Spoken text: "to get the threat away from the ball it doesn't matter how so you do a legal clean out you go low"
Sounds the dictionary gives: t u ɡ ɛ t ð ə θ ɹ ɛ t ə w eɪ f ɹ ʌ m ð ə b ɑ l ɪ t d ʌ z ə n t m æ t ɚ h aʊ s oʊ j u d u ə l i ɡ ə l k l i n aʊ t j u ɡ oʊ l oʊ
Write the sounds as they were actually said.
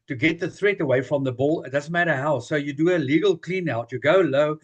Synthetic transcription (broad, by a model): t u ɡ ɛ t ð ə θ ɹ ɛ t ə w eɪ f ɹ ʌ m ð ə b ɑ l ɪ t d ʌ z ə n t m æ t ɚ h aʊ s oʊ j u d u ə l i ɡ ə l k l i n aʊ t j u ɡ oʊ l oʊ